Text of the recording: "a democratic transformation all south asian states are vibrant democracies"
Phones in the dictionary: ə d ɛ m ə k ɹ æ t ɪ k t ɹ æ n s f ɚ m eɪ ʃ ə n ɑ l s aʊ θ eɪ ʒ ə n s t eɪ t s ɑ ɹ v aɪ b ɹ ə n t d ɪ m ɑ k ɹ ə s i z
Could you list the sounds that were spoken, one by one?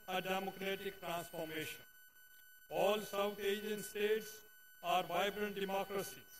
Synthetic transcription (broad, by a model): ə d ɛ m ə k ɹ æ t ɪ k t ɹ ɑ n s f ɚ m eɪ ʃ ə n ɑ l s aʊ t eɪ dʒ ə n s t eɪ t s ɑ ɹ v aɪ b ɹ ə n t d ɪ m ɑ k ɹ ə s i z